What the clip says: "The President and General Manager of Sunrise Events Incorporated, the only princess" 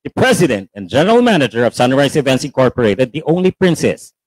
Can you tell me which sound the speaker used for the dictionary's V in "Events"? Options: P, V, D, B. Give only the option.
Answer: V